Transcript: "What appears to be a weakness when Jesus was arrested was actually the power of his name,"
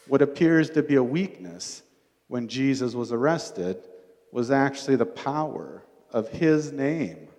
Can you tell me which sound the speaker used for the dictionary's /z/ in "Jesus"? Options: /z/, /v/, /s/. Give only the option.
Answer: /z/